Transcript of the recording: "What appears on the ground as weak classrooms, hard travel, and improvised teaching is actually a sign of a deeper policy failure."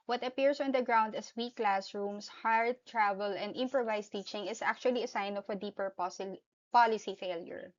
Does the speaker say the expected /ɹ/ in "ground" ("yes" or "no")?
yes